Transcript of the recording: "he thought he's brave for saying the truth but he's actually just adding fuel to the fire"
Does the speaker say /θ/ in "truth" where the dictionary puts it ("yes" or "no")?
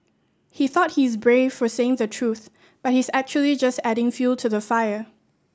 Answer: yes